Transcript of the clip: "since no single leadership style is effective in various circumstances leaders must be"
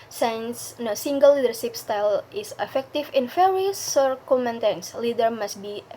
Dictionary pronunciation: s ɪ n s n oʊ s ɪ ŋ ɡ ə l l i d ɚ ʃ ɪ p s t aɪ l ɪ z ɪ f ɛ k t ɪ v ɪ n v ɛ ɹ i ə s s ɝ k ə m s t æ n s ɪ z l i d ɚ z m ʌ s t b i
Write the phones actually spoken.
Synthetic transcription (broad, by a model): s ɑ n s n oʊ s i ŋ ɡ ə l l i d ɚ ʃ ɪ p s t aɪ l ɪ s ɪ f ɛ k t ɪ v ɪ n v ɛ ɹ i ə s s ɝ k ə m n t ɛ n s l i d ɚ m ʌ s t b i